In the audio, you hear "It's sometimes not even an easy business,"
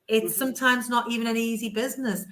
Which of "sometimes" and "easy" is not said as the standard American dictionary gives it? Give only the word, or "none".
none